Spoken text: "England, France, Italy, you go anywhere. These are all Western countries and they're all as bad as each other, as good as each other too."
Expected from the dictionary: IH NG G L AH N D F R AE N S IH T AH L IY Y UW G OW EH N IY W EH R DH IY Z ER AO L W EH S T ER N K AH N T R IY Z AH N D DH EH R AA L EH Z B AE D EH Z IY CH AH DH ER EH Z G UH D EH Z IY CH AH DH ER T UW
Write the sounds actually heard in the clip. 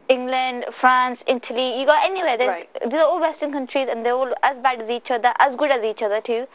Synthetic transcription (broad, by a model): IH NG G L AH N D F R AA N S IH T AH L IY Y UW G OW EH N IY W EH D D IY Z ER AO L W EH S T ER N K AH N T R IY Z AH N D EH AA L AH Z B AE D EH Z IY CH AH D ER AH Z G UH D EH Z IY CH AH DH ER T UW